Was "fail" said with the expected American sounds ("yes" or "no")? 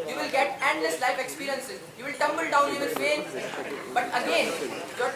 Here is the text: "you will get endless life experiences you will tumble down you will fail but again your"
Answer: no